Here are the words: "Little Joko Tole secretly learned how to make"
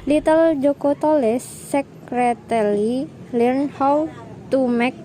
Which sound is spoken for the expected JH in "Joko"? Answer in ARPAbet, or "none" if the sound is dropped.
JH